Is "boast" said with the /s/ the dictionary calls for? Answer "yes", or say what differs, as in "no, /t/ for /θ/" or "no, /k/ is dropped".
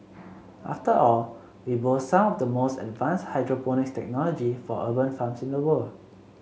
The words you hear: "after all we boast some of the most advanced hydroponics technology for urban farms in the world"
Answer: no, /s/ is dropped